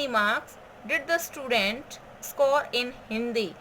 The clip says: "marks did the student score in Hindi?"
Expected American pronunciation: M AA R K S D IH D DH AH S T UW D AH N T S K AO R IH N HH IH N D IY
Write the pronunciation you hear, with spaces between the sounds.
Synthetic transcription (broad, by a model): M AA R K S D IH D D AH S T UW D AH N T S K AO R IH N HH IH N D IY